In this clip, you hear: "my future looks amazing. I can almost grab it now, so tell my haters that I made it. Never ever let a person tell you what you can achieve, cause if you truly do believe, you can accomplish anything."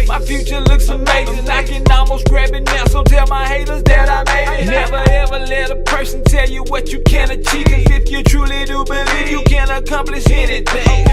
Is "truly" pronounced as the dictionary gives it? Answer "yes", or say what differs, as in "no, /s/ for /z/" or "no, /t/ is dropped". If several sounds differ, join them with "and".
yes